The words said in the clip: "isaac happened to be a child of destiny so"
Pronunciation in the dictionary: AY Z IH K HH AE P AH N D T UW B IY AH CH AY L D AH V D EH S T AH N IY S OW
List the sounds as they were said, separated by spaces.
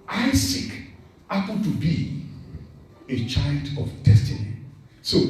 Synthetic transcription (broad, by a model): AY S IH K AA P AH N T UW B IY AH CH AY L D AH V D EH S T AH N IY S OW